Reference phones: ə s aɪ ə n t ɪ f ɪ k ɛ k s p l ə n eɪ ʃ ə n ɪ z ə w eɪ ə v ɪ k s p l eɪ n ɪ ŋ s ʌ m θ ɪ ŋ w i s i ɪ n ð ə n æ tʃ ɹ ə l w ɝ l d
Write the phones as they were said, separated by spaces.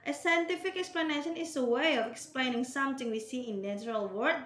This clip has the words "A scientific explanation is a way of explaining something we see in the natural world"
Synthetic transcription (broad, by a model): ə s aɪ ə n t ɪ f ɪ k ɛ k s p l ə n eɪ ʃ ə n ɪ s ə w eɪ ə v ɪ k s p l eɪ n ɪ ŋ s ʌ m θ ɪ ŋ w i s i ɪ n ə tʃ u ɹ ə l w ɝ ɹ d